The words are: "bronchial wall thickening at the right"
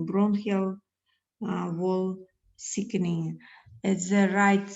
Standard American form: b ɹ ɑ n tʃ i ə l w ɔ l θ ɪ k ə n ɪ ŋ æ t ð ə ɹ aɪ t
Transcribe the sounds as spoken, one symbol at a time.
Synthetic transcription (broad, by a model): b ɹ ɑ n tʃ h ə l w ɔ l s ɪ k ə n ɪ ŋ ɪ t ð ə ɹ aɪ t